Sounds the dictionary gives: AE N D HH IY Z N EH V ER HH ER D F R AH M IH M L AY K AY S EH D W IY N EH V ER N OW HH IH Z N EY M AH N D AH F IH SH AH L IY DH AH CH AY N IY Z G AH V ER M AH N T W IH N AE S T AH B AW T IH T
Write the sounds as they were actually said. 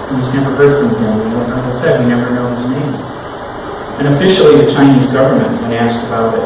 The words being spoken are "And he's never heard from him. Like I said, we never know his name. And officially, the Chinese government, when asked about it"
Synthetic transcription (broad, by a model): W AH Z N EH V ER HH ER D F R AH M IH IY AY AY S EH D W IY N EH V ER N OW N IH Z N EY M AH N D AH F IH SH L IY DH AH CH AY N IY Z G AH V ER M AH N T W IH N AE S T AH B AW T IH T